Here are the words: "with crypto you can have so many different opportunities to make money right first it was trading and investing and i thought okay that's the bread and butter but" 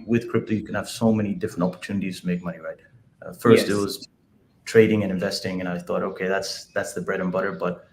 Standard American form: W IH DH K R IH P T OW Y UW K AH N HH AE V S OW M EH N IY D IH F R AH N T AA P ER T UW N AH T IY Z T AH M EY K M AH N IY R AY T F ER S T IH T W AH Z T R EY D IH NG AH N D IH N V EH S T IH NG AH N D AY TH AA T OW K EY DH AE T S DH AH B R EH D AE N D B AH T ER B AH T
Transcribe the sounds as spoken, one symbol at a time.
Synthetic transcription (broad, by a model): W IH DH K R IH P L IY Y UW K AH N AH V S OW M EH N IY D IH F R AH N T AA P ER T UW N AH T IY Z T AH M EY K M AH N IY R AY T F ER S T IH T W AH Z T R EY D IH NG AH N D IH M V EH S T IH NG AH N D AY TH AA T OW K EY DH AE T S DH AH B R EH D N B AH T ER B AH T